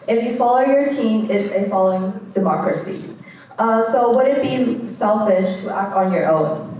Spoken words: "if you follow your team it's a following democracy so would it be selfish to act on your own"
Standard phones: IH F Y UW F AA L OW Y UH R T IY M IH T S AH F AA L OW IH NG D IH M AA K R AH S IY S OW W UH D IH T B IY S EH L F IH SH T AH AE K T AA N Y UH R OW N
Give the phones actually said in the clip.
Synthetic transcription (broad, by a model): IH F Y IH F AA L OW Y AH R T IY M IH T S AH F AA L OW IH NG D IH M AA K R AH S IY S OW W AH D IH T B IY S EH L F IH SH T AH AE K T N Y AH R OW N